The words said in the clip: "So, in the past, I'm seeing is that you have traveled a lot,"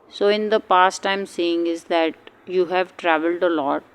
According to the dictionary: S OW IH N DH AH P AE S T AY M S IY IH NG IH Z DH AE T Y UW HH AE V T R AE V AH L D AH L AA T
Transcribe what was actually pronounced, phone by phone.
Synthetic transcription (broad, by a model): S OW IH N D AH P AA S T AY M S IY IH NG IH Z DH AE T Y UW HH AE V T R AE V AH L D AH L AA T